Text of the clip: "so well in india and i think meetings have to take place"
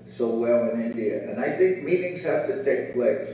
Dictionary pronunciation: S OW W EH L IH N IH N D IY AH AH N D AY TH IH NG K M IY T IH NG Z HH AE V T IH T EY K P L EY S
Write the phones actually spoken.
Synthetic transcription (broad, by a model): S OW W EH L IH N IH N D IY AH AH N AY TH IH NG K M IY T IH NG Z HH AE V T IH T EY K P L EY S